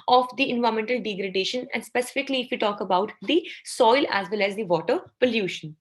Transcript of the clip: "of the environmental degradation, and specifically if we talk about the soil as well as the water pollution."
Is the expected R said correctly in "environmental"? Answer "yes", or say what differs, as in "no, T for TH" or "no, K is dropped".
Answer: no, R is dropped